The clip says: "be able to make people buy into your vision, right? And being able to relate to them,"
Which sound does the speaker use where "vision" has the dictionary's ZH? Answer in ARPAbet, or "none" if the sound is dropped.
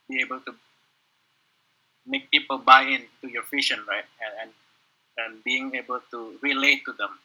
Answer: SH